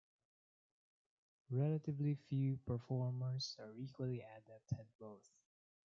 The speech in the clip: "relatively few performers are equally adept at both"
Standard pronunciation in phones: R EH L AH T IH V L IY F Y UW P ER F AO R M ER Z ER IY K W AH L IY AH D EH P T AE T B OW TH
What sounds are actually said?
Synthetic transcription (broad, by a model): R EH L AH T IH V L IY F Y UW P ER F AO R M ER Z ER IY K W AH L IY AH D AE P T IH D B OW TH